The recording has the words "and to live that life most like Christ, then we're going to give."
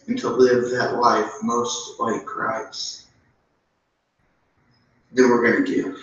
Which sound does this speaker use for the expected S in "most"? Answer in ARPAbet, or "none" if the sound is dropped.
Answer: S